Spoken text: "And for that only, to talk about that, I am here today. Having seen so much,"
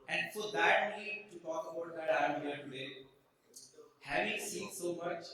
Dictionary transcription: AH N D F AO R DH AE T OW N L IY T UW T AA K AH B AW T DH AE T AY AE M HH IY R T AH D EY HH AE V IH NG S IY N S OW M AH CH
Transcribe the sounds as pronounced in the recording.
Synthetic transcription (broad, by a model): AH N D F AO R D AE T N IY T UW T AA K AH B AW T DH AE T AY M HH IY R T AH D EY HH AE V IH NG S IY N S OW M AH CH